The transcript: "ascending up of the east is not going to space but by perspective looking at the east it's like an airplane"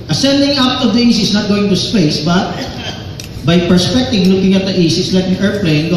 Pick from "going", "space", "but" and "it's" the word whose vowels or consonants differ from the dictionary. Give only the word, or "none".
it's